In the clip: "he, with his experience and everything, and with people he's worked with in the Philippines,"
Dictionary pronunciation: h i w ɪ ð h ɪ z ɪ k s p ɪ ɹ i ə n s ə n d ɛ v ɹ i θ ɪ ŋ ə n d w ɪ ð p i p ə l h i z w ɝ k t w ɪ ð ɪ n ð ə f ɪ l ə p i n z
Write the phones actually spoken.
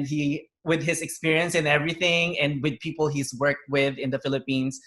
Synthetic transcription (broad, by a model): h i w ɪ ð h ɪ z ɪ k s p ɪ ɹ i ə n s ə n ɛ v ɹ i θ ɪ ŋ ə n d w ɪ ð p i p l h i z w ɝ k t w ɪ ð ɪ n ð ə f ɪ l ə p i n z